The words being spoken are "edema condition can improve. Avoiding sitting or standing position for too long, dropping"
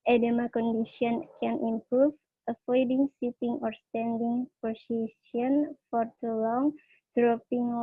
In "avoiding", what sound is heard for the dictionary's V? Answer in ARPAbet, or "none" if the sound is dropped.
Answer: F